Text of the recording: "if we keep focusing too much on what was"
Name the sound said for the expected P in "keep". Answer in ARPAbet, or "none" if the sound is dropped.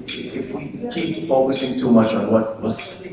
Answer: B